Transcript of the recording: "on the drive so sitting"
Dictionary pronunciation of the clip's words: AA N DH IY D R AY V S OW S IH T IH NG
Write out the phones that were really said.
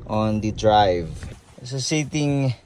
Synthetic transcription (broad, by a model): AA N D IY D R AY V S OW S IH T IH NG